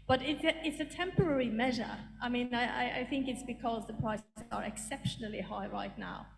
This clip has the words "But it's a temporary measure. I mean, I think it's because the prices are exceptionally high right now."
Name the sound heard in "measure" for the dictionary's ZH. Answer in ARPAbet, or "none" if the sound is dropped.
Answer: ZH